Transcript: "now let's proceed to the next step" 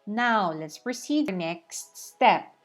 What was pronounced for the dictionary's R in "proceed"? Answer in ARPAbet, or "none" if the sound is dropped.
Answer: R